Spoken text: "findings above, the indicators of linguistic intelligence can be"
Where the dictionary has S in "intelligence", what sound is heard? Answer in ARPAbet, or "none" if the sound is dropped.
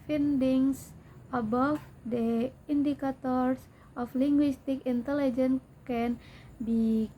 none